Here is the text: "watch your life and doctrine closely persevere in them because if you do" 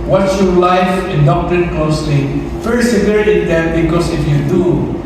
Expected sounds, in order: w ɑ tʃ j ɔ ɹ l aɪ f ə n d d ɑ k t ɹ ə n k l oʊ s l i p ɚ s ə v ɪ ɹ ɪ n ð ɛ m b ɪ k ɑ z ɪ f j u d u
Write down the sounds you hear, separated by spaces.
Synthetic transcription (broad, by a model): w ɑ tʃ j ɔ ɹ l aɪ f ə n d d ɑ k t ɹ ə n k l oʊ s l i f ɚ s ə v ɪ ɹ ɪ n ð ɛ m b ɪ k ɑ s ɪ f j u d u